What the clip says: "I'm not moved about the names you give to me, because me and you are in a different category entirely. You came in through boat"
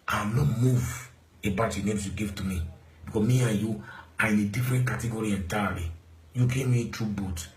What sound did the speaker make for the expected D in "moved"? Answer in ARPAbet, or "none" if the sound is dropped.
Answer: none